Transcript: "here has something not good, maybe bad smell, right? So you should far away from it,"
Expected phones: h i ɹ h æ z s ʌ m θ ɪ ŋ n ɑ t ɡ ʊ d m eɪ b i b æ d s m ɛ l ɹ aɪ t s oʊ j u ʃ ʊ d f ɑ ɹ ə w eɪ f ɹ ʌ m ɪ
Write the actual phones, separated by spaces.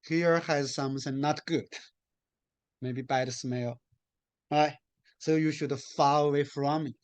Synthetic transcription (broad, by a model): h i ɹ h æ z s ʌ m s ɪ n n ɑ t ɡ ʊ d m eɪ b i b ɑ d s m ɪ l ɹ aɪ t s oʊ j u ʃ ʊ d f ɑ l ə w eɪ f ɹ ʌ m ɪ